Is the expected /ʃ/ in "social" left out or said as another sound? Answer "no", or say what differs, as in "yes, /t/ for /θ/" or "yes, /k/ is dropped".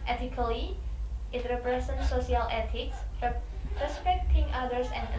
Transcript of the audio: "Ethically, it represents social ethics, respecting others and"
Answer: yes, /ʃ/ is dropped